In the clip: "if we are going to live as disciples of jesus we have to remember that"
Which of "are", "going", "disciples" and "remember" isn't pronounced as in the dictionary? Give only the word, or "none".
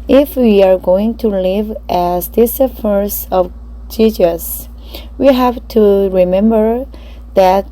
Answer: disciples